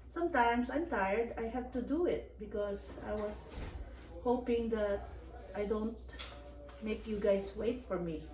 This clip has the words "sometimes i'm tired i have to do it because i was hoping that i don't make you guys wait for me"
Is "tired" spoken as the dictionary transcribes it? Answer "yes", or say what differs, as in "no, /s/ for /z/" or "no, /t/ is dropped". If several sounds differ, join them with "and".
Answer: yes